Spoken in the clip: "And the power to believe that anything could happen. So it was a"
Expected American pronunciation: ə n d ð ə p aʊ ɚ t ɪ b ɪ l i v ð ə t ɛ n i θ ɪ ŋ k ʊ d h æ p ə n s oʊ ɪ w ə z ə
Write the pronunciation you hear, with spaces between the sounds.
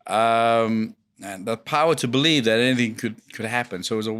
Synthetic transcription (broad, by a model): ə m ð ə p aʊ ɚ t ɪ b ɪ l i v ð ə t ɛ n i θ ɪ ŋ k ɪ d h æ p ə n s oʊ ɪ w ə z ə